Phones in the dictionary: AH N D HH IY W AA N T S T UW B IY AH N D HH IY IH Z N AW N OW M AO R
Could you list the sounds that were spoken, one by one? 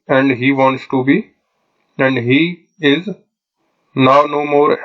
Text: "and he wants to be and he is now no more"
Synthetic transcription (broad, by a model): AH N D HH IY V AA N T S T UW B IY AH N D HH IY IH Z N AW N OW M AO R